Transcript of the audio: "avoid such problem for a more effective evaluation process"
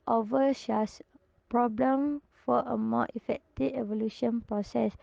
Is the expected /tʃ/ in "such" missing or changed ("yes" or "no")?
yes